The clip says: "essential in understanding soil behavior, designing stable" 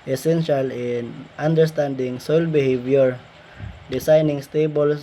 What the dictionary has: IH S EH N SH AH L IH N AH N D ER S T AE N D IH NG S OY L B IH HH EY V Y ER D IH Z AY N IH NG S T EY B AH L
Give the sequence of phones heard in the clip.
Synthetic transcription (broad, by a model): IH S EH N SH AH L IH N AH N D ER S T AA N D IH NG S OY L B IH HH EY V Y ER D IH S AY N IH NG S T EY B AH L